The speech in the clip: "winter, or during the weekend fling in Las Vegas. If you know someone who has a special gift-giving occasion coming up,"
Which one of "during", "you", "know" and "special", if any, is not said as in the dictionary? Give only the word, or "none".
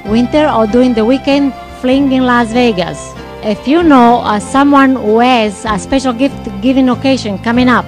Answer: during